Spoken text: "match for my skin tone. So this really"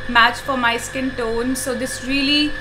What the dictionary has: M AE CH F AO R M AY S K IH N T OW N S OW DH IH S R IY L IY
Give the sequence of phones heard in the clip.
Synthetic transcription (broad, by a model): M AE CH F AO R M AY S K IH N T OW N S OW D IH S R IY L IY